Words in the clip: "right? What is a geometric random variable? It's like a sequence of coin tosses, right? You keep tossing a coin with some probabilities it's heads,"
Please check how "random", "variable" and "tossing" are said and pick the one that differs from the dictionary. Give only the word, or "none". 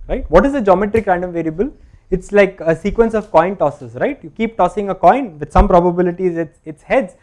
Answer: none